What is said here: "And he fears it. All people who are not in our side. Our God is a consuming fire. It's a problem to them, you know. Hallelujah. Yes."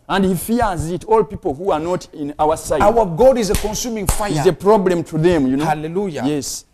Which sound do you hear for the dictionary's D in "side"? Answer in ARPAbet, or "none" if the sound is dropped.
none